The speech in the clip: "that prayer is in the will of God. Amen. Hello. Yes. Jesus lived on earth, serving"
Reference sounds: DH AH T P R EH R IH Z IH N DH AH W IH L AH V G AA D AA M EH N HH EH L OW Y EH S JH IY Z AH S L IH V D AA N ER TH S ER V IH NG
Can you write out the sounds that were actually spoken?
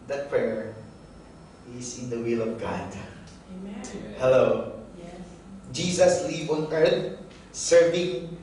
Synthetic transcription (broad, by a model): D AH T P R EH R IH S IH N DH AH W IH L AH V G AA D HH EH L OW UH JH IY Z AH S L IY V AA N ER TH S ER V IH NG